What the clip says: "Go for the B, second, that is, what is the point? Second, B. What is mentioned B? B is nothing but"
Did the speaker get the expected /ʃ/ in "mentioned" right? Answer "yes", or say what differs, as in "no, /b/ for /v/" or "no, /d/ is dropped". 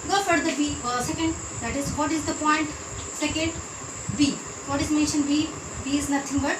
yes